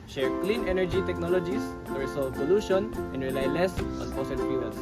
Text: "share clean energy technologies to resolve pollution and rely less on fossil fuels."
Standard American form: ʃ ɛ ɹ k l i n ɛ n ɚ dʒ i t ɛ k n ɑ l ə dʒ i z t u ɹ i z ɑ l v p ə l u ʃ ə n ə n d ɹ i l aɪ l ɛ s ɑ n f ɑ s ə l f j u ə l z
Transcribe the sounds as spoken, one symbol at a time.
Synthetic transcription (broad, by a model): ʃ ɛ ɹ k l i n ɛ n ɚ dʒ i t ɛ k n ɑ l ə dʒ i s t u ɹ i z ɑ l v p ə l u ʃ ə n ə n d ɹ i l aɪ l ɛ s ɑ n p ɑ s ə n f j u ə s